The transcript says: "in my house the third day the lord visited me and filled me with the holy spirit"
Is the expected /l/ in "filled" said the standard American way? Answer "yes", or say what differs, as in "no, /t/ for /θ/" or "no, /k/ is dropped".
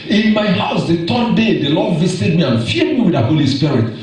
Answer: no, /l/ is dropped